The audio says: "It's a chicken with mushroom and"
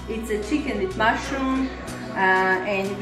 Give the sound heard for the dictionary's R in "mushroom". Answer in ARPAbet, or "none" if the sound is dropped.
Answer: none